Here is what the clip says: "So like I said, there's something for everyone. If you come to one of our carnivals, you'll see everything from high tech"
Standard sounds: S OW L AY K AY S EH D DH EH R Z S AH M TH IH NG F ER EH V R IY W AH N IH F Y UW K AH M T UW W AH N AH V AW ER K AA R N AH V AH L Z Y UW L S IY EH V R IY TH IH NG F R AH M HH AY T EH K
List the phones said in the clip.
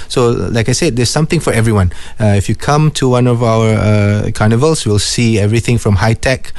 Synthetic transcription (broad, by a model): S OW L AY K AY S EH D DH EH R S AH M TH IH NG F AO EH V R IY W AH N IH F Y UW K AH M T UW W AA N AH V AW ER K AA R N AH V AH L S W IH L S IY EH V R IY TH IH NG F R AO M HH AY T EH K